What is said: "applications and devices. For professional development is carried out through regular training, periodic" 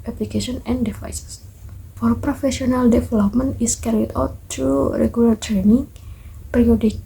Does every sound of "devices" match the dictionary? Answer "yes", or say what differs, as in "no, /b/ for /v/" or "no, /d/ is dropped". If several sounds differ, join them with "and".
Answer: no, /f/ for /v/ and /s/ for /z/